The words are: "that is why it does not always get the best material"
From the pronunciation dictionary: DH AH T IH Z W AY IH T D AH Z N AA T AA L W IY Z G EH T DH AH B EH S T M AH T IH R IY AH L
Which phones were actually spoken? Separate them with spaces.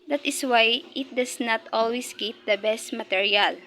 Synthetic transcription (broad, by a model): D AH T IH S W AY IH T D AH S N AA T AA L W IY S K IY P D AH B EH S T M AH T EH R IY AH L